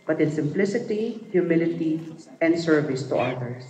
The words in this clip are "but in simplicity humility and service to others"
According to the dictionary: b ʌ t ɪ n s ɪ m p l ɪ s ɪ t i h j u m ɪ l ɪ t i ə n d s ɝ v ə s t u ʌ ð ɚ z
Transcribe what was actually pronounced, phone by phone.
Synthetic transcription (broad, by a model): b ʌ t ɪ n s ɪ m p l ɪ s ɪ t i h j u m ɪ l ɪ t i ə n d s ɝ v ə s t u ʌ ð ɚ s